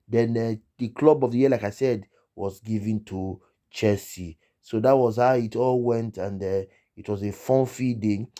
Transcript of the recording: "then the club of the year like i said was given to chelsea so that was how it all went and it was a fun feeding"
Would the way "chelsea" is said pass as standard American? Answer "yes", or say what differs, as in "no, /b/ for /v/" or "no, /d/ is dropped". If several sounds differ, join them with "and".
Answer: no, /l/ is dropped